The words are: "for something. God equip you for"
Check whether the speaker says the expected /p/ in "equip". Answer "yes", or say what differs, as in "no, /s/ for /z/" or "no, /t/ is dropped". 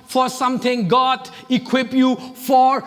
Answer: yes